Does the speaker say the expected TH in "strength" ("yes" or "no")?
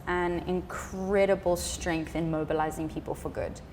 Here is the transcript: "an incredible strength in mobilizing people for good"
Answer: yes